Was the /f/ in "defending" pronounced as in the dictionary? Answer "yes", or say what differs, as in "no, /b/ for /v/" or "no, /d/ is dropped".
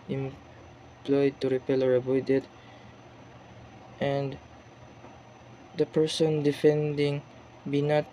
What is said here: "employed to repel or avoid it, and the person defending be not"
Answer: yes